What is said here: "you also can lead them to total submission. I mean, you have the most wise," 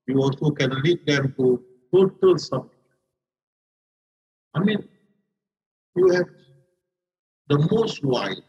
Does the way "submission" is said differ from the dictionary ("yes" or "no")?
yes